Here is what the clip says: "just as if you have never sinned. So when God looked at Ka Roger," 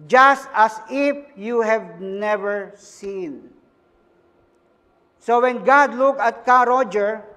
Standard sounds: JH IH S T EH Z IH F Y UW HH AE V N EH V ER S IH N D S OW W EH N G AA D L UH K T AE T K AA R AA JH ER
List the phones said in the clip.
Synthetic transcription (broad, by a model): JH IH S T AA S IH F Y UW HH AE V N EH V ER S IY N S OW W EH N G AA D L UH K AA T K AA R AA JH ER